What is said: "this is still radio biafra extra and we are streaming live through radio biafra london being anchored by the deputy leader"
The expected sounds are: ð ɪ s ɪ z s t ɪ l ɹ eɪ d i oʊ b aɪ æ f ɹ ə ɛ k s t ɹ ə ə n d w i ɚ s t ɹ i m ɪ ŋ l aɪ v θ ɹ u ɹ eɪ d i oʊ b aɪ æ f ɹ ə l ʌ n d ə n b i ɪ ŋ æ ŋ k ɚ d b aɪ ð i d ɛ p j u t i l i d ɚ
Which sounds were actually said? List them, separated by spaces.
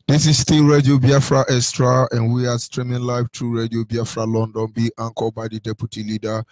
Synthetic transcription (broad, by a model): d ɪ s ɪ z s t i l ɹ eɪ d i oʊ b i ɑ f ɹ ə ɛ s t ɹ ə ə n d w i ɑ s t ɹ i m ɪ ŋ l aɪ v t ɹ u ɹ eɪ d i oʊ b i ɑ f ɹ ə l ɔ n d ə n b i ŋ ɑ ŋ k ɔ b aɪ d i d ɛ p j u t i l i d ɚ